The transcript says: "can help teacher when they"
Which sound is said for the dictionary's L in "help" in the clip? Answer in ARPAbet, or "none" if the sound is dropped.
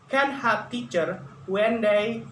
none